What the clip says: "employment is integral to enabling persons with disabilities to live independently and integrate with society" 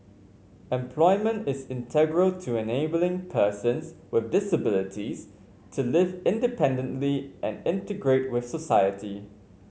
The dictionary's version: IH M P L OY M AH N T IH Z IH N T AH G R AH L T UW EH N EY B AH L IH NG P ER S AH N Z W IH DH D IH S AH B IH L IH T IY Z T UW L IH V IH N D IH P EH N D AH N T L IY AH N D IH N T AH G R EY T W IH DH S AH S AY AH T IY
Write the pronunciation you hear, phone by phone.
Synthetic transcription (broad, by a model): IH M P L OY M AH N T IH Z IH N T AH G R AH L T UW EH N EY B AH L IH NG P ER S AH N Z W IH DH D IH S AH B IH L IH T IY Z T UW L IH V IH N D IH P EH N D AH N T L IY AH N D IH N T AH G R EY T W IH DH S AH S AY AH T IY